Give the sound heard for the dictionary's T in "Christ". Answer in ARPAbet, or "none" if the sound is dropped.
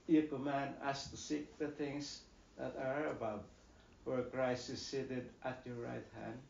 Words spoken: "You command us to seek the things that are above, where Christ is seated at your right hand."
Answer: none